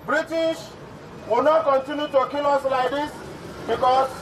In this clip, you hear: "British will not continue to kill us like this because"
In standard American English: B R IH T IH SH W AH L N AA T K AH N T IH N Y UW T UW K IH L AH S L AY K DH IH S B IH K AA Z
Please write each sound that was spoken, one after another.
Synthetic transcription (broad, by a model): B R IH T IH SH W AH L N AA T K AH N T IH N Y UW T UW K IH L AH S L AY K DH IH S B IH K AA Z